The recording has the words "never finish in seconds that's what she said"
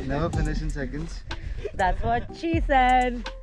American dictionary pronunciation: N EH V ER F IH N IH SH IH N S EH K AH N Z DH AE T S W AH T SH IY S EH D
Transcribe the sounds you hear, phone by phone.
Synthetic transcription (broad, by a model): N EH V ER P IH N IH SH IH N S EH K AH N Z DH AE T S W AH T SH IY S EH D